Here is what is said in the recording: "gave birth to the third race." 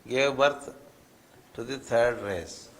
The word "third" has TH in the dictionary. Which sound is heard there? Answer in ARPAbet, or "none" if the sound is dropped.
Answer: T